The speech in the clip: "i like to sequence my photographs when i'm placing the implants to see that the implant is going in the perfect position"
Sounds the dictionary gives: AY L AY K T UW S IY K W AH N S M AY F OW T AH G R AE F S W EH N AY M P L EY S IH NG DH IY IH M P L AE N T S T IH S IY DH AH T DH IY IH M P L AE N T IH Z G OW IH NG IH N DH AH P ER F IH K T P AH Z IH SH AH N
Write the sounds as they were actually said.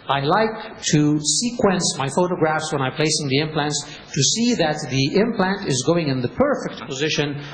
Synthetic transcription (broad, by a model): AY L AY K T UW S IY K W AH N S M AY F OW T AH G R AE F S W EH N AY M P L EY S IH NG DH IY IH M P L AE N T S T IH S IY DH AH T DH IY IH M P L AE N T IH Z G OW IH NG IH N DH AH P ER F IH K T P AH Z IH SH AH N